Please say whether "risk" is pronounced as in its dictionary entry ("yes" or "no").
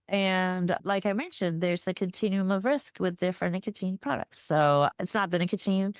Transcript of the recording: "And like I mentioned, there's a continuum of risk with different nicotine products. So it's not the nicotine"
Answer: yes